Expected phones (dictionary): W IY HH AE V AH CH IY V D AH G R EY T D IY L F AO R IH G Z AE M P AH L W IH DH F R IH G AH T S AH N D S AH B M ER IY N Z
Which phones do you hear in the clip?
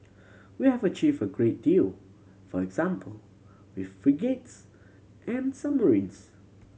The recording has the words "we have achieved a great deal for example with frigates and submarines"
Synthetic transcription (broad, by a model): W IY HH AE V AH CH IY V AH G R EY T D IY L F AO R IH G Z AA M P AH L W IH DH F R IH G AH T S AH N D S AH M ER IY N S